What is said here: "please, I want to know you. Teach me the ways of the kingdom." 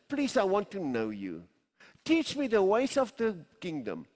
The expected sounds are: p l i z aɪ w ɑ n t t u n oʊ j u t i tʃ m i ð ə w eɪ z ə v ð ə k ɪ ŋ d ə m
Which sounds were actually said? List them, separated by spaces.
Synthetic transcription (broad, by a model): p l i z aɪ w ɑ n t t u n oʊ j u t i tʃ m i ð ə w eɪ s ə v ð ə k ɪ ŋ d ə m